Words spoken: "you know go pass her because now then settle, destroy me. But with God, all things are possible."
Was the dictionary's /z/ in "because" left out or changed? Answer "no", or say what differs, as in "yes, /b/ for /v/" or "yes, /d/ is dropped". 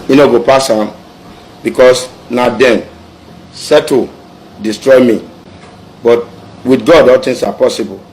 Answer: yes, /s/ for /z/